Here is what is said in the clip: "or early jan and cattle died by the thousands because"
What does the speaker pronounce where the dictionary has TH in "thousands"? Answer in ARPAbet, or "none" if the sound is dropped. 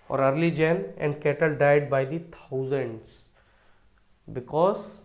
T